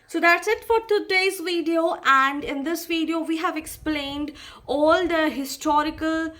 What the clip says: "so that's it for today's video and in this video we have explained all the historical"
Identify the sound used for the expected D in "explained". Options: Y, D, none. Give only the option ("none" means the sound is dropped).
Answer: D